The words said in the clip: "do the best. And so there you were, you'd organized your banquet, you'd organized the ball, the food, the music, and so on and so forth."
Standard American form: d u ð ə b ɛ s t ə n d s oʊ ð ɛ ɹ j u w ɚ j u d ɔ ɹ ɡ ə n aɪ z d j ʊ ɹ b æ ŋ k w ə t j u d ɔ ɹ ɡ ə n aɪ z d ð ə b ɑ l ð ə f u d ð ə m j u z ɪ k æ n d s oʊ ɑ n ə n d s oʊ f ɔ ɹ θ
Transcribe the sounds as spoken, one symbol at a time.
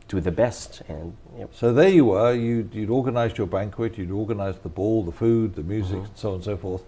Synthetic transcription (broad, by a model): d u ð ə b ɛ s t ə n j s oʊ ð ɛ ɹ j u w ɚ j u d ɔ ɹ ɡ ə n aɪ z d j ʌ ɹ b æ ŋ k w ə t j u d ɔ ɹ ɡ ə n aɪ z ð ə b ɑ l ð ə f u d ð ə m j u z ɪ k n s oʊ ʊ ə n s oʊ f ɔ ɹ θ